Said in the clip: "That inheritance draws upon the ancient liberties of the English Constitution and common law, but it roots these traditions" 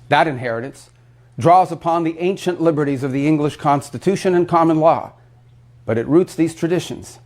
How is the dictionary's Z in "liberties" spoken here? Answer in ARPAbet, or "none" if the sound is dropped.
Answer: Z